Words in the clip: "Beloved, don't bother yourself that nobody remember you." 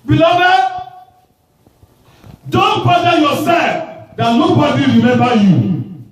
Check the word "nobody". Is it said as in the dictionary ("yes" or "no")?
no